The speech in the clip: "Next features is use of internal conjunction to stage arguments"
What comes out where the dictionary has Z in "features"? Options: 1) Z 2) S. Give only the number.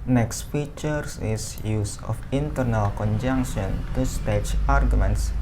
2